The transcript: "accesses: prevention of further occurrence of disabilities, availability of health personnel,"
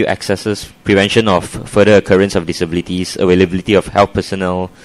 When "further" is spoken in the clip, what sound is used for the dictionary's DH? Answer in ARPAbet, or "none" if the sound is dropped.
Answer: none